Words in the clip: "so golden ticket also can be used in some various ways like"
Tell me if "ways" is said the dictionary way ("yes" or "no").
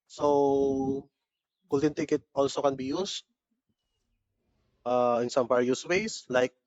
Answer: no